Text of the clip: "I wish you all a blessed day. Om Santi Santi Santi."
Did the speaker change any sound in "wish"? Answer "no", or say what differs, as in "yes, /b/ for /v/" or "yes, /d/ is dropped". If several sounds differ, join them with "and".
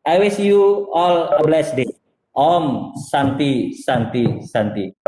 yes, /s/ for /ʃ/